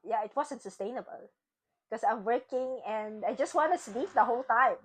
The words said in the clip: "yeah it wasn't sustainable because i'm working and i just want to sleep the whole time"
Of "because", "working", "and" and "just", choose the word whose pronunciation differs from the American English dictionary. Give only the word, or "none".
because